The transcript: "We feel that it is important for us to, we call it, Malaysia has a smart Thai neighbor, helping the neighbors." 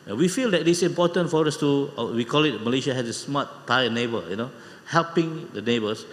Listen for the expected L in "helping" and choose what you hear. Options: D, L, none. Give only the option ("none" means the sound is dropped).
L